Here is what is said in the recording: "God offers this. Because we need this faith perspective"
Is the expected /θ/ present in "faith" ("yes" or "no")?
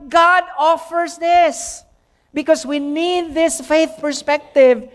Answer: yes